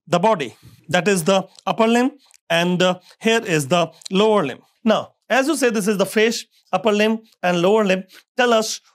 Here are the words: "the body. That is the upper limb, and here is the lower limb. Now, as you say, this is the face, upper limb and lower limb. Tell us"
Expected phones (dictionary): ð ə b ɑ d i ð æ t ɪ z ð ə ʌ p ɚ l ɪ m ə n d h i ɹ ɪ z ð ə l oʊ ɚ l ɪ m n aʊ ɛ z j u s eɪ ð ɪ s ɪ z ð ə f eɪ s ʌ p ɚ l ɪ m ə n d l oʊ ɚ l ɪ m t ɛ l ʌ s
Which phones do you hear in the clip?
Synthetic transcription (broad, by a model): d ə b ɑ d i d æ t ɪ z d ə ʌ p ɚ l ɪ m ə n d h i ɹ ɪ z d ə l oʊ ɚ l ɪ m n aʊ ɛ z j u s eɪ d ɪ s ɪ z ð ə f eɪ ʃ ʌ p ɚ l ɪ m ə n d l oʊ ɚ l ɪ m t ɛ l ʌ s